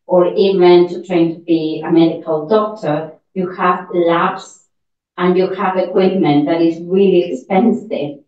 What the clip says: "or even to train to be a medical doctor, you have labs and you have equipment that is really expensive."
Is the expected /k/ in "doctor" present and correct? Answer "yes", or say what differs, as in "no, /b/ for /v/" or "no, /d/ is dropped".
yes